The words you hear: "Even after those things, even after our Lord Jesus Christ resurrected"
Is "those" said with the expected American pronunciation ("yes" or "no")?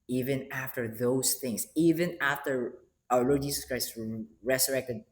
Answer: no